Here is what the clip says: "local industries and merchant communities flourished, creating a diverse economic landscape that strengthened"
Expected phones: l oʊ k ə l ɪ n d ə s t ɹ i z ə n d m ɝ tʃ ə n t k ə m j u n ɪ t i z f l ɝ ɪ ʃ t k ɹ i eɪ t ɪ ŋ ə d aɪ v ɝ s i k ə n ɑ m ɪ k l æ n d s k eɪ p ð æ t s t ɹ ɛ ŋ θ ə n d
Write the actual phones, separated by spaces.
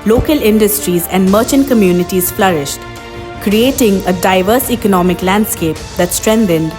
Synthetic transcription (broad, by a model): l oʊ k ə l ɪ n d ə s t ɹ i z ə n d m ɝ tʃ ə n k ə m j u n ɪ t i z f l ɝ ɪ ʃ t k ɹ i eɪ t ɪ ŋ ə d aɪ v ɝ s i k ə n ɑ m ɪ k l æ n d s k eɪ p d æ t s t ɹ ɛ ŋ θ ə n d